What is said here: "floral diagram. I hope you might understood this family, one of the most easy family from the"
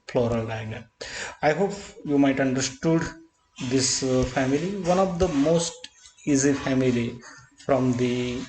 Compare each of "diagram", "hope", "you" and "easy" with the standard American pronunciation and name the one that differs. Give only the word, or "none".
diagram